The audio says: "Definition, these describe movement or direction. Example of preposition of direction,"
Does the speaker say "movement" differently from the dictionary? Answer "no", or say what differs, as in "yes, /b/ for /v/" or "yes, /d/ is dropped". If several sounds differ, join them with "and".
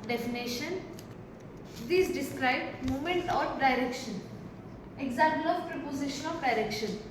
yes, /v/ is dropped